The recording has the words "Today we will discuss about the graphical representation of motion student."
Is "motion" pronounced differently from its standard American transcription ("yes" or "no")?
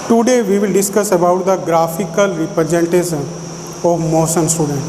yes